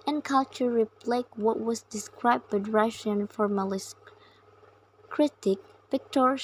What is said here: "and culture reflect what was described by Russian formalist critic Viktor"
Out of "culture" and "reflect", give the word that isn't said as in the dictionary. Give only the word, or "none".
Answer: reflect